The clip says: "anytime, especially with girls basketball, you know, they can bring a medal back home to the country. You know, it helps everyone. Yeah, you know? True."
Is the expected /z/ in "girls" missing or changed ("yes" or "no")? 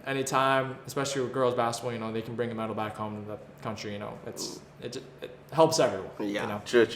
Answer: no